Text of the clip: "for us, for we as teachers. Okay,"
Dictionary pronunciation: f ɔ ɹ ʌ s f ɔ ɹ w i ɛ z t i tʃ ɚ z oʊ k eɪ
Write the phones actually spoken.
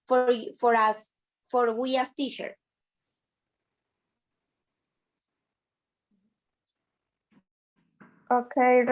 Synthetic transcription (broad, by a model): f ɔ ɹ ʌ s f ɔ ɹ w i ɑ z t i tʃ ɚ oʊ k eɪ